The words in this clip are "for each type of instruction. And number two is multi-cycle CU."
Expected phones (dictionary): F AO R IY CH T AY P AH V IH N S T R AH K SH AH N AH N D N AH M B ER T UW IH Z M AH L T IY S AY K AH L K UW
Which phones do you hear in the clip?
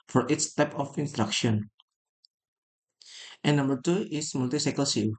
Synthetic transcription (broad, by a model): F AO R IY S T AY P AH F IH N S T R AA K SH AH N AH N N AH M B ER T UW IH S M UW L T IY S AY K AH L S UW